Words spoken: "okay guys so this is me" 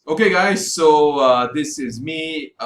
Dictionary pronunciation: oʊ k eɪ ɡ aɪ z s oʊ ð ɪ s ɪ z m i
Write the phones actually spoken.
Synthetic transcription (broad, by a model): oʊ k eɪ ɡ aɪ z s oʊ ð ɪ s ɪ z m i